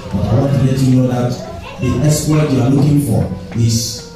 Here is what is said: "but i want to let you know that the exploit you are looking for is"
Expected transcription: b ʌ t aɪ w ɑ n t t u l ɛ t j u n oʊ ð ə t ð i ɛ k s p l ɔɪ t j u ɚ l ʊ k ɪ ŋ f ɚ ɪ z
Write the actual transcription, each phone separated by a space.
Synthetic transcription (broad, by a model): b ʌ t aɪ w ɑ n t t u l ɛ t j u n oʊ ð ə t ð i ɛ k s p ɔɪ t j u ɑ l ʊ k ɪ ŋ f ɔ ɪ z